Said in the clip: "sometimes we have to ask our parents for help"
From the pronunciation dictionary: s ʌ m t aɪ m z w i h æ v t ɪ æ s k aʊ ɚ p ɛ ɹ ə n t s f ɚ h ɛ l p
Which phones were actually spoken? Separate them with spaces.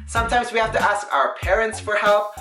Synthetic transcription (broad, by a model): s ʌ m t aɪ m z w i h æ f t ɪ æ s k aʊ ɚ p ɛ ɹ ə n t s f ɚ h ɛ l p